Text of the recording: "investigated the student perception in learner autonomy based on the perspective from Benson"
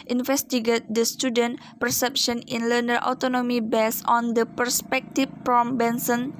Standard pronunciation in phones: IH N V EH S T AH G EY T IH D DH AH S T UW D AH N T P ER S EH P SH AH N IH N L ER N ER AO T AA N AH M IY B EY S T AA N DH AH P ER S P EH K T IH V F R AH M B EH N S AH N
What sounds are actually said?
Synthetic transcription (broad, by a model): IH N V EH S T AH G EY T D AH S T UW D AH N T P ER S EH P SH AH N IH N L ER N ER AO T AA N AH M IY B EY S AA N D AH P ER S P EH K T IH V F R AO M B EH N S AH N